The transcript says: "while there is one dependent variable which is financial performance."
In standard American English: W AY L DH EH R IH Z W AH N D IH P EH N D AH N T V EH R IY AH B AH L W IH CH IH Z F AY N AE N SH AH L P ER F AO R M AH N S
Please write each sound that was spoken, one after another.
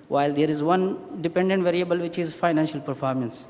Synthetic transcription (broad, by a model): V AY L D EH R IH Z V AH N D IH P EH N D AH N T V EH R IY AH B AH L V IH CH IH Z F AY N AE N SH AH L P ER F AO R M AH N S